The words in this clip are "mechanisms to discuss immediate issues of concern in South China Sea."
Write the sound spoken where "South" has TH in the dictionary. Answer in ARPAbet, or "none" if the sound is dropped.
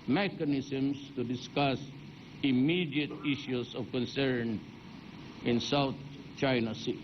T